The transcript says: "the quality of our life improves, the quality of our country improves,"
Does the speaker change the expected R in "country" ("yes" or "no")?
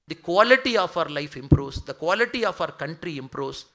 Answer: no